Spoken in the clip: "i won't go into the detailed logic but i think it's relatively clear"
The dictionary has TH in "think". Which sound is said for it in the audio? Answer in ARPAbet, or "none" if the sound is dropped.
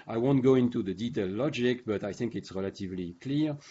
TH